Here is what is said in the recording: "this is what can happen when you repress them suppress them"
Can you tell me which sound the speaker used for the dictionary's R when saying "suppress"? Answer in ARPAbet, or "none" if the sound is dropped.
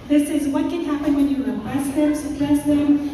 L